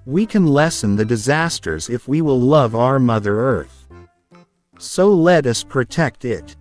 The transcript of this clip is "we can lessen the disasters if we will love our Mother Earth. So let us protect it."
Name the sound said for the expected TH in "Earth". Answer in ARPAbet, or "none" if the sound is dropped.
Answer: TH